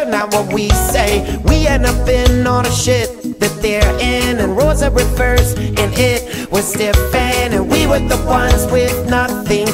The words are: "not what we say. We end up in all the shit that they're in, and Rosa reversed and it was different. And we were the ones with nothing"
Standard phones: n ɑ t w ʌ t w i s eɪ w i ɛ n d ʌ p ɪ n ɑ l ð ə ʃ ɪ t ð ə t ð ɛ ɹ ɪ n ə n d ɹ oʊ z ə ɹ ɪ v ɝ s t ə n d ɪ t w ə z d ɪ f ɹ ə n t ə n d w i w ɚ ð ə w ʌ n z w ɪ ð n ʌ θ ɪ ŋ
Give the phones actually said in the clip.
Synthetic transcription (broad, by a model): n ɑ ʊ w ʌ t w i s eɪ w i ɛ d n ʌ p ɪ n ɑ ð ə ʃ ɪ t ð ə t ð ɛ ɹ ɪ n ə n ɹ oʊ z ə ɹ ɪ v ɝ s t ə n ɪ t w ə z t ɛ f ə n ə n w i w ɚ ð ə w ʌ n z w ɪ ð n ʌ θ ɪ ŋ